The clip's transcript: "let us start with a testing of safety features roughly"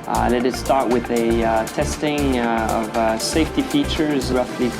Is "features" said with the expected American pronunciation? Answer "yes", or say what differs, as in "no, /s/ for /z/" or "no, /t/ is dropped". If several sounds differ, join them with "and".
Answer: yes